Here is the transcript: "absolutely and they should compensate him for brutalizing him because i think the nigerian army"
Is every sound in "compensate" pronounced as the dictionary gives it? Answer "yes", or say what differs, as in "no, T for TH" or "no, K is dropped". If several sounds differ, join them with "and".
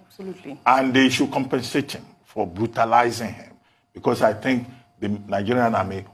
yes